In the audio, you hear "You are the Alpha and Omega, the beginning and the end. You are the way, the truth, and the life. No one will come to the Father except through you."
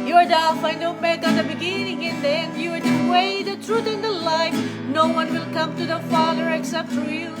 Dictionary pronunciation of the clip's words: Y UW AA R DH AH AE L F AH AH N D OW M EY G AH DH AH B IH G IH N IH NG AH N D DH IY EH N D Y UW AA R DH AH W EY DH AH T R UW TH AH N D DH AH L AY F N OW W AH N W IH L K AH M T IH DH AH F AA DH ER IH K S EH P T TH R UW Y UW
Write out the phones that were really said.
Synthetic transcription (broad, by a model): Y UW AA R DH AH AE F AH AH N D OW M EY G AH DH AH B IH G IH N IH NG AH N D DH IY EH N D Y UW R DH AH W EY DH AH T R UW TH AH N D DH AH L AY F N OW W AH N W IH L K AH M T IH DH AH F AA DH ER IH K S EH P T F R Y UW